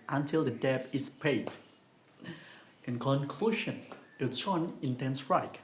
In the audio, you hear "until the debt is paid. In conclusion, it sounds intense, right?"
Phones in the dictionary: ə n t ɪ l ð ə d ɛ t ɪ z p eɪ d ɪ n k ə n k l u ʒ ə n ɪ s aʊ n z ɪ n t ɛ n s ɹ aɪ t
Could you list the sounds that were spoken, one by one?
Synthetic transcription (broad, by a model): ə n t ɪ l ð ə d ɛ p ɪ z p eɪ d ɪ n k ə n k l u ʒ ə n ɪ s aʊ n ɪ n t ɛ n s ɹ aɪ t